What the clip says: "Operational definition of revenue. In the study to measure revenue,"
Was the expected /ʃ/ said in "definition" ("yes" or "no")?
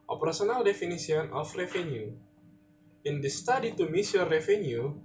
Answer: no